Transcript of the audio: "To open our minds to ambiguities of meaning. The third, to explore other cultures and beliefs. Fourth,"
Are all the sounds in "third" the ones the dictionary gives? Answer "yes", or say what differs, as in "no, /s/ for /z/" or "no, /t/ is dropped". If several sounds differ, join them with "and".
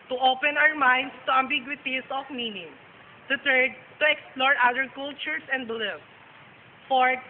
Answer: no, /t/ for /θ/